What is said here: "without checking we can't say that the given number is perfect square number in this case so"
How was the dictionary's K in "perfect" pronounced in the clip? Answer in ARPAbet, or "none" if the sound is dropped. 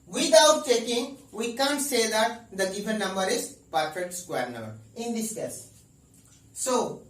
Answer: none